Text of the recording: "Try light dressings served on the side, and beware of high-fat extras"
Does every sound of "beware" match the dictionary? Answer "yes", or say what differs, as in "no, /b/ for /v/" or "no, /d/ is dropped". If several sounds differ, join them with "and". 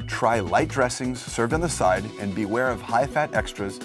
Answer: yes